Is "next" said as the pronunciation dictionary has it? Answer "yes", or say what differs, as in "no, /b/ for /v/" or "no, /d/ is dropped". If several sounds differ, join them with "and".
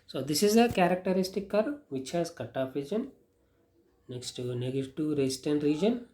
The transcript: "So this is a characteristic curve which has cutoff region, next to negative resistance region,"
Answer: yes